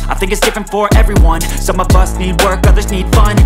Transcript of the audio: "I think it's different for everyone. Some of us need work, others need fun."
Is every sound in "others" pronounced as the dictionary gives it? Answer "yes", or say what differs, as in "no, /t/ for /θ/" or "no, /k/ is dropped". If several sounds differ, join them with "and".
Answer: yes